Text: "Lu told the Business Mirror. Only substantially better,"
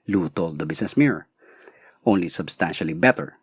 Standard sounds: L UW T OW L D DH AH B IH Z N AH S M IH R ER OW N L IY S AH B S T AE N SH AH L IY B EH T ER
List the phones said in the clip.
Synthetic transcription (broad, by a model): L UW T OW L D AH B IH S N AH S M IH R OW N L IY S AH B S T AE N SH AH L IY B EH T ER